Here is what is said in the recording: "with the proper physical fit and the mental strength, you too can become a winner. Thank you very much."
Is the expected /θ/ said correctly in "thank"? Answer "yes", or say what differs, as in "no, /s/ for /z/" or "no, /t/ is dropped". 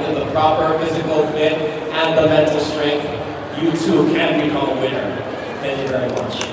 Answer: yes